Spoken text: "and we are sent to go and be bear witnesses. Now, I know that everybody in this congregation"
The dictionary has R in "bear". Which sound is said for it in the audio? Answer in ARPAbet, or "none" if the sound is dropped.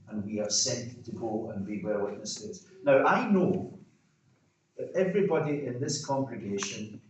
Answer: L